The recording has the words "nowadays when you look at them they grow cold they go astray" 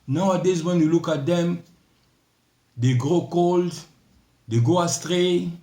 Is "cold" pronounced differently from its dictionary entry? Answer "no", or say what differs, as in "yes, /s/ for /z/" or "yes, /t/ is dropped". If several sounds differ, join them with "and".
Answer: no